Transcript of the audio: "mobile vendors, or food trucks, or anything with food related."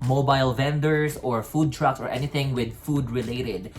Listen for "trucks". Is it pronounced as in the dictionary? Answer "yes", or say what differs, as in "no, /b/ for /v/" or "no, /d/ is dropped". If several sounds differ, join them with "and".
yes